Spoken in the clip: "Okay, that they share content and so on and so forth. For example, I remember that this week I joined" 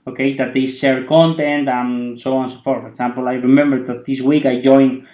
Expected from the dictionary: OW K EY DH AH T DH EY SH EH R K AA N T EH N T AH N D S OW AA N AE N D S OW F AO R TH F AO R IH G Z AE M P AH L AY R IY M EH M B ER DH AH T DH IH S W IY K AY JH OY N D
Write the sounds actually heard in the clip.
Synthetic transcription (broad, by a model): OW K EY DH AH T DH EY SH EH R K AA N T EH N T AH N S OW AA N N S OW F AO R T F AO R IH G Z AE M P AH L AY R IY M EH M B ER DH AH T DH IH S W IY K AY JH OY N